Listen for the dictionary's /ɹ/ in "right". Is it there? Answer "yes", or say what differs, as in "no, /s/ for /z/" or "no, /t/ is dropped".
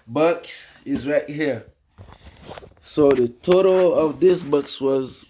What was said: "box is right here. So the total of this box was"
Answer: yes